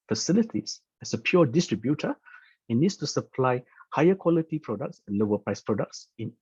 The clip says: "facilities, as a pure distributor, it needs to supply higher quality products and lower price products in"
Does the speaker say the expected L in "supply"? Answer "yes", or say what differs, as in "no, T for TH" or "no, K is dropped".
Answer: yes